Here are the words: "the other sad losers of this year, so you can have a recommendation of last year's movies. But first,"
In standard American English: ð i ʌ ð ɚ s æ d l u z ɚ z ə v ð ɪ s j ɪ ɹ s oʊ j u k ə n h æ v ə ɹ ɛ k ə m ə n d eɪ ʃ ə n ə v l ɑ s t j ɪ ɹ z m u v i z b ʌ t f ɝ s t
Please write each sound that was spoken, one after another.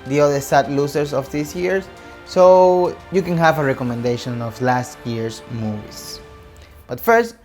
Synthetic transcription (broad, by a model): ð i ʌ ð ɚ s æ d l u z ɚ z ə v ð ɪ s j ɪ ɹ s oʊ j u k ə n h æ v ə ɹ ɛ k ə m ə n d eɪ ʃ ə n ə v l ɑ s t j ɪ ɹ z m u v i s b ʌ t f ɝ s t